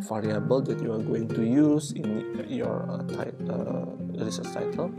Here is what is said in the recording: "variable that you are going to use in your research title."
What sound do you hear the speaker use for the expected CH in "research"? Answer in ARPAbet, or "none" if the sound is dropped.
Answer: S